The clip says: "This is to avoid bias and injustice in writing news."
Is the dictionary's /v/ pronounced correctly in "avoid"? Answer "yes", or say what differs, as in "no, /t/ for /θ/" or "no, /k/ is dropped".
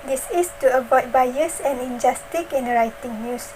no, /b/ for /v/